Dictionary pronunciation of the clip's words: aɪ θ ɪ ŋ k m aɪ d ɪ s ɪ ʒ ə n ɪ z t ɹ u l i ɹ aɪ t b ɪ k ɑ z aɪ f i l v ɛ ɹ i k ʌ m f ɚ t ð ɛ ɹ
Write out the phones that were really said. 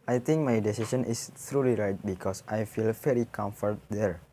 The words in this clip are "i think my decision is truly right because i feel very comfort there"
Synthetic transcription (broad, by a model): aɪ t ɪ ŋ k m aɪ d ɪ s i s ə n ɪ s t ɹ u l i ɹ aɪ t b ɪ k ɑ s aɪ f i l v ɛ ɹ i k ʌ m f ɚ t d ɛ ɹ